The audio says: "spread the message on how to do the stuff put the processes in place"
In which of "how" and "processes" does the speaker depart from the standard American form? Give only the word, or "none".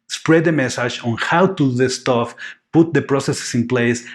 processes